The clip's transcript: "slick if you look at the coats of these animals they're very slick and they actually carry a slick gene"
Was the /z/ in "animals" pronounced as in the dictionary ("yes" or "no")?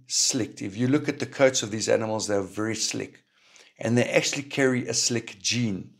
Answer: yes